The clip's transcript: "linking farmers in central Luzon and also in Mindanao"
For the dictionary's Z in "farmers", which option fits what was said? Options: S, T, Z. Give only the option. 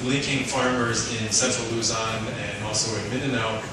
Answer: Z